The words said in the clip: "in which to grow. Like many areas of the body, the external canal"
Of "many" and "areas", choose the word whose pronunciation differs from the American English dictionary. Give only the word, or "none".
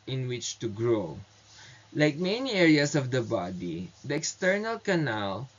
areas